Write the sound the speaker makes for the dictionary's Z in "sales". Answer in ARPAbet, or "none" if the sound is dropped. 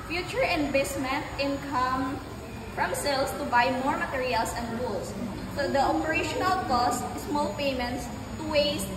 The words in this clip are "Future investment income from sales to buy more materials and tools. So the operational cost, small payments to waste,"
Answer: S